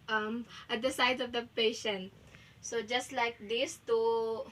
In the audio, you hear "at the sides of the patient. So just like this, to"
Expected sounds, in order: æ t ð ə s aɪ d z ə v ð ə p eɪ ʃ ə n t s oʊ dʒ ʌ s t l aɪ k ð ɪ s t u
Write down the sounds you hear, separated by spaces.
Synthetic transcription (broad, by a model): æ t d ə s aɪ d ə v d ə p eɪ ʃ ə n t s oʊ dʒ ʌ s t l aɪ k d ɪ s t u